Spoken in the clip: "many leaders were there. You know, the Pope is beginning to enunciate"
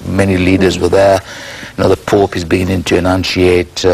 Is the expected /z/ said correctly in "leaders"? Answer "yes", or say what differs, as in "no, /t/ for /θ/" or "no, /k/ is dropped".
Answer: yes